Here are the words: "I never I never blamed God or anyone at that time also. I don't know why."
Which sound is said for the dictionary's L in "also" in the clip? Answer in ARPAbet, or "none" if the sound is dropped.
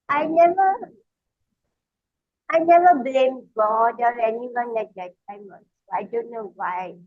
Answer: N